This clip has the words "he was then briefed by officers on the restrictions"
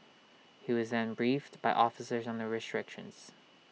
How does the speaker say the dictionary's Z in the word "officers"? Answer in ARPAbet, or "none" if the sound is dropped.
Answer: Z